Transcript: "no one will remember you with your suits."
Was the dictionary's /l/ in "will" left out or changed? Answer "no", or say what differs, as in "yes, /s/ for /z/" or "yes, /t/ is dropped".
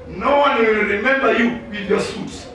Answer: yes, /w/ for /l/